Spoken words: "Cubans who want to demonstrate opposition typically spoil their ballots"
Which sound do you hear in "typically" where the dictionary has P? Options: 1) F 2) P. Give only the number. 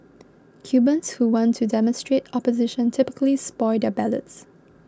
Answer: 2